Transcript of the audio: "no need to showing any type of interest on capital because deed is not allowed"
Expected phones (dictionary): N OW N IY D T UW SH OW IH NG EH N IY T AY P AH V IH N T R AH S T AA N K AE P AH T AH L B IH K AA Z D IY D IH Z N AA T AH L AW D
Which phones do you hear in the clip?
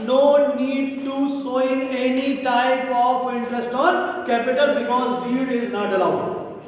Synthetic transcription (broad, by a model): N OW N IY D T UW S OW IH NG EH N IY T AY P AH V IH N T R AH S T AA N K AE P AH T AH L B IH K AA Z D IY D IH Z N AA T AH L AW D